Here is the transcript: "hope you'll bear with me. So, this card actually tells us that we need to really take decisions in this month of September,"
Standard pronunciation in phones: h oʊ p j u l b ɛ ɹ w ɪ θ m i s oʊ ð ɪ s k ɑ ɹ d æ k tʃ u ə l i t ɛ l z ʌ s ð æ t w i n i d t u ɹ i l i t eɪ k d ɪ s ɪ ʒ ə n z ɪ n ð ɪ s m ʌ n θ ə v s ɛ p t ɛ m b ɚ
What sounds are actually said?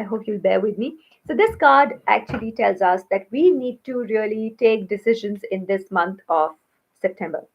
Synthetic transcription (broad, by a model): h oʊ p j u l b ɛ ɹ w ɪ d m i s oʊ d ɪ s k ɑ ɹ d æ k tʃ u ə l i t ɛ l z ʌ s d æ t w i n i d t u ɹ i l i t eɪ k d ɪ s ɪ ʒ ə n z ɪ n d ɪ s m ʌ n t ə v s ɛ p t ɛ m b ɚ